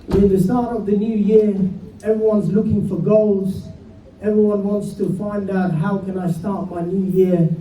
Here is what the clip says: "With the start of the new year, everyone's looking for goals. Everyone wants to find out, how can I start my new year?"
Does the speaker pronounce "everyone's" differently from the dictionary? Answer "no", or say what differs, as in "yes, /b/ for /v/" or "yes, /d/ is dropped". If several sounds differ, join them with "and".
no